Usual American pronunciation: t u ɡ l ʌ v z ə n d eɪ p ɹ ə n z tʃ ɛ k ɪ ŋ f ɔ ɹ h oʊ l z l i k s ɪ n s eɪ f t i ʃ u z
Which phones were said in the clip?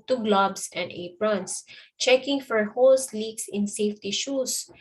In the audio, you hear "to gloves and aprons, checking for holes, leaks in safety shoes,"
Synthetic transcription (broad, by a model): t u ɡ l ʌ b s ə n d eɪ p ɹ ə n s tʃ ɛ k ɪ ŋ f ɔ ɹ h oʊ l s l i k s ɪ n s eɪ f t i ʃ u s